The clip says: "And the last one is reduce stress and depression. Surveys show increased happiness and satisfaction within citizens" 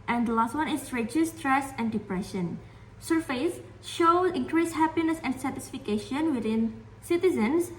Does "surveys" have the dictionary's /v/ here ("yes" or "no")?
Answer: no